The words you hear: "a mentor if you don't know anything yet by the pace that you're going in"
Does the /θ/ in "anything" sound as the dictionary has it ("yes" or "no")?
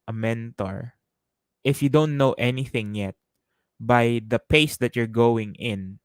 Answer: yes